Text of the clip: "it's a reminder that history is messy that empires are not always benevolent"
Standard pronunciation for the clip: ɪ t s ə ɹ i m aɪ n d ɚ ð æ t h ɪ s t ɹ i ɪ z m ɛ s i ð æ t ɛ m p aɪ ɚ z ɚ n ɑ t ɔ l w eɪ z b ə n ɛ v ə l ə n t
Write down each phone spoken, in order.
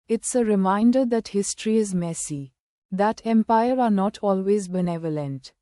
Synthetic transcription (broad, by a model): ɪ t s ə ɹ i m aɪ n d ɚ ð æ t h ɪ s t ɹ i ɪ z m ɛ s i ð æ t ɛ m p aɪ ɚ ɚ n ɑ t ɔ l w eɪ z b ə n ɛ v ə l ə n t